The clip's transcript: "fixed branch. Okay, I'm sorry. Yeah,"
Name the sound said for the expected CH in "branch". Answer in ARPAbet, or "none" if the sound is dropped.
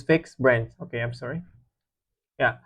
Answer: S